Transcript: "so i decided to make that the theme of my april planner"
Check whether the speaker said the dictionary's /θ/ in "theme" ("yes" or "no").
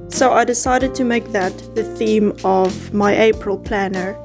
yes